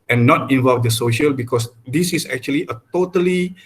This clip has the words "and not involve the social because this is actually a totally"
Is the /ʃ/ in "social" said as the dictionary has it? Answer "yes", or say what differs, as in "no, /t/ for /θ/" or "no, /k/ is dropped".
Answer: yes